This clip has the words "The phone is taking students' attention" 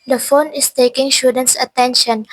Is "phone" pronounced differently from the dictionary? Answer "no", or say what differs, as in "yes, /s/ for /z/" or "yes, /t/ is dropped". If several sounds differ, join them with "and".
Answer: no